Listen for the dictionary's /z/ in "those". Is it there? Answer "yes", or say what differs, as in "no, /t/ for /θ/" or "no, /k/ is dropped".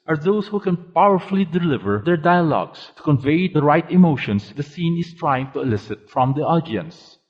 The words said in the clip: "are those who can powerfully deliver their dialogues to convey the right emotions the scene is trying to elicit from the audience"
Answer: no, /s/ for /z/